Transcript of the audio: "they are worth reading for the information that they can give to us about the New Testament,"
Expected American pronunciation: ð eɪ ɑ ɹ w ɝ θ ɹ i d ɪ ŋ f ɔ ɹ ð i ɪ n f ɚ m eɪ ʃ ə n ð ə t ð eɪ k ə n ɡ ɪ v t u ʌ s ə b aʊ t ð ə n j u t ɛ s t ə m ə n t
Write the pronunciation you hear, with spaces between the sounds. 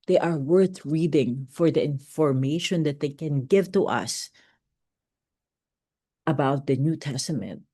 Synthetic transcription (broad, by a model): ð eɪ ɑ ɹ w ɝ θ ɹ i d ɪ ŋ f ɔ ɹ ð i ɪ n f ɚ m eɪ ʃ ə n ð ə t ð eɪ k ə n ɡ ɪ v t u ʌ s ə b aʊ t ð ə n j u t ɛ s t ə m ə n t